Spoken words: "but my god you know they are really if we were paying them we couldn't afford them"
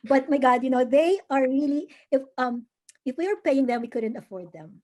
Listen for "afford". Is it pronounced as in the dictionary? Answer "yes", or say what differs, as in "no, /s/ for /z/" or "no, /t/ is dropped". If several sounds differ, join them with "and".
yes